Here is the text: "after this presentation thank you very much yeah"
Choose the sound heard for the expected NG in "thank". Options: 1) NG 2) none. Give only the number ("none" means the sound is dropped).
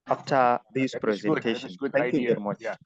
2